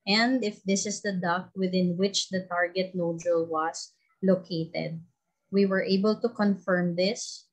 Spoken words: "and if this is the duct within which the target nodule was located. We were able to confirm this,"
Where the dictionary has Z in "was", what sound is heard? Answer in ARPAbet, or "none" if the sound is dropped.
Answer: S